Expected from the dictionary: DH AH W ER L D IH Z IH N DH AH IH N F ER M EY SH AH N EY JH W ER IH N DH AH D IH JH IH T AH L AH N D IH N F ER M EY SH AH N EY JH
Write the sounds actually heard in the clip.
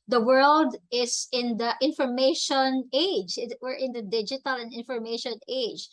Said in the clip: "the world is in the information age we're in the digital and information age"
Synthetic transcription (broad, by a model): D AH W ER L D IH S IH N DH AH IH N F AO M EY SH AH N EY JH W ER IH N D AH D IH JH IH T AH L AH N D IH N F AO M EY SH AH N EY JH